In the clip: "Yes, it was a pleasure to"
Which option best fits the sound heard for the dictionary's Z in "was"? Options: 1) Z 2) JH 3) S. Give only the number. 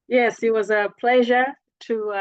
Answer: 1